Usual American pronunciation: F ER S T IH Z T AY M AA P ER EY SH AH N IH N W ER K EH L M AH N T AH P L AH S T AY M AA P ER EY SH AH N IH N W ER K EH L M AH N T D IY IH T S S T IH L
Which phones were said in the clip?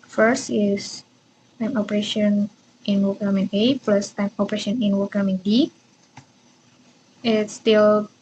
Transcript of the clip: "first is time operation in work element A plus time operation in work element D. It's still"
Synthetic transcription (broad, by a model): F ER S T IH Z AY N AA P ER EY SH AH N IH N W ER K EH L M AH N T AH P L AH S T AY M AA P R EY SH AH N IH N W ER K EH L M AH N D IY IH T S S T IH L